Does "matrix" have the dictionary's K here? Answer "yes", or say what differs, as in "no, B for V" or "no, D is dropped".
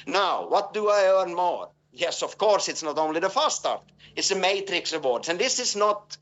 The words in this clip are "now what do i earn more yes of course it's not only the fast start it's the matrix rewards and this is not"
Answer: yes